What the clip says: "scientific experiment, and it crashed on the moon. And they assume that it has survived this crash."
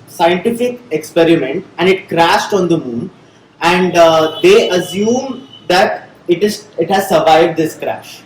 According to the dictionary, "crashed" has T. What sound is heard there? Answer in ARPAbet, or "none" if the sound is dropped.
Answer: T